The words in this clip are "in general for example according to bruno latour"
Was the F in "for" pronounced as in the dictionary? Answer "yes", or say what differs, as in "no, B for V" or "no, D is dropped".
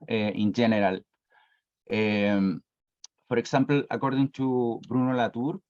no, P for F